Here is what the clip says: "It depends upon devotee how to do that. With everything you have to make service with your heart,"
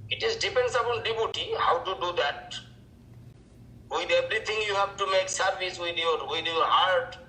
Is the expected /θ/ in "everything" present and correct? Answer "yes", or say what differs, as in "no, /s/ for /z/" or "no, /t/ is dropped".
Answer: no, /t/ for /θ/